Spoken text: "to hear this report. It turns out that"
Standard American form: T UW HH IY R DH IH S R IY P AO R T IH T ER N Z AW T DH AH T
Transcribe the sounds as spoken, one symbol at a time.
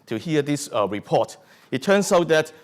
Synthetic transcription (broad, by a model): T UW HH IY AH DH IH S R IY P AO T IH T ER N S AW T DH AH T